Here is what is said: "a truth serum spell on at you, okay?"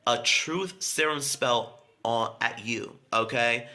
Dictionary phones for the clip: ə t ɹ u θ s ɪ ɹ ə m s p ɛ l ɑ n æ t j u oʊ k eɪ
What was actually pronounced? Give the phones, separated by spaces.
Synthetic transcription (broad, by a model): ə t ɹ u θ s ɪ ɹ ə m s p ɛ l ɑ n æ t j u oʊ k eɪ